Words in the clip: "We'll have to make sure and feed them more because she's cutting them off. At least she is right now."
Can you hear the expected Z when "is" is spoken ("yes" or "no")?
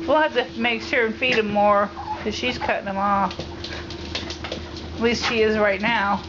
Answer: yes